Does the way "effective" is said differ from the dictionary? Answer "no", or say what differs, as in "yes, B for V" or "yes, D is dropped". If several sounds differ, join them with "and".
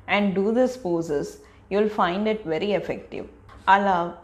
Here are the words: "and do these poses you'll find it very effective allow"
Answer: no